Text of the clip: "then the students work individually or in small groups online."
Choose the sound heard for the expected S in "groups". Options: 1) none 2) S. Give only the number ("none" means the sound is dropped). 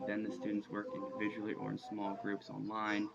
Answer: 2